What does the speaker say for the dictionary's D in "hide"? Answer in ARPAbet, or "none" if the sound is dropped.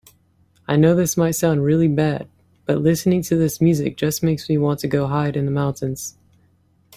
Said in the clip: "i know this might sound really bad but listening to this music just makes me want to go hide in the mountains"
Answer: D